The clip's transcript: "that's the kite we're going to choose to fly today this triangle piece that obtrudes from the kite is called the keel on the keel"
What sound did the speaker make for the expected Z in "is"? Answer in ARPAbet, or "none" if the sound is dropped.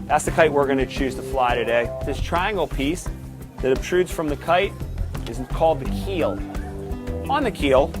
Z